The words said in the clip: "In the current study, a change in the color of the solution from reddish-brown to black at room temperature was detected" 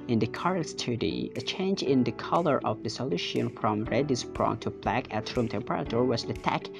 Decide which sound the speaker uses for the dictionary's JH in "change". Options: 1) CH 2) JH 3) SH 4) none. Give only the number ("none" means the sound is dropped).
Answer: 2